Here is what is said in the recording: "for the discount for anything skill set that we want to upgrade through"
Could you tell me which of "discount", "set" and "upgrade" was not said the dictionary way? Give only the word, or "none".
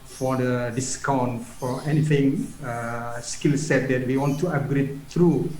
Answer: upgrade